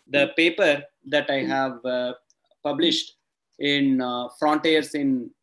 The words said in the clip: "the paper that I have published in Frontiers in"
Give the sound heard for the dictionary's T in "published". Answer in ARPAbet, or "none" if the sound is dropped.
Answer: T